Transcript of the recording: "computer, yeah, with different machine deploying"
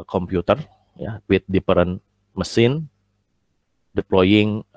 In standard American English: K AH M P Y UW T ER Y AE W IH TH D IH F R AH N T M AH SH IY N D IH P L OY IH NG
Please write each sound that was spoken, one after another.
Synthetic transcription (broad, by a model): K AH M P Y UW T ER Y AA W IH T D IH P R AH N M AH S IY N D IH P L OY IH NG